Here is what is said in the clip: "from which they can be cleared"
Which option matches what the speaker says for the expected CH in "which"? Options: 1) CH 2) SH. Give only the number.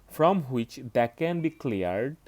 1